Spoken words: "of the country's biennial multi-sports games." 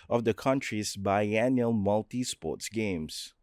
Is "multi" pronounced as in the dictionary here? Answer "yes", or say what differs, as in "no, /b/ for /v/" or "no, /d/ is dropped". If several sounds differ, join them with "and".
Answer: yes